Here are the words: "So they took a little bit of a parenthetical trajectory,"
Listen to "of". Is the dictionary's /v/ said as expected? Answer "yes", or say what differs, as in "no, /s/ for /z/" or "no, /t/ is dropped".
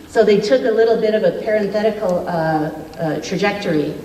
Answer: yes